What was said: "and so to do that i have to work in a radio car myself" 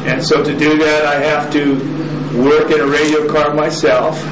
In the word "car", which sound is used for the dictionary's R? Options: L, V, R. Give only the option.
R